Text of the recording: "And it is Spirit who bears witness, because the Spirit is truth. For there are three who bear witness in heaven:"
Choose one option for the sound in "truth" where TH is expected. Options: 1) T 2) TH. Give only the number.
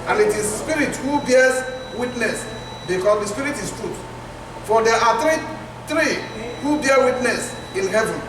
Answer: 1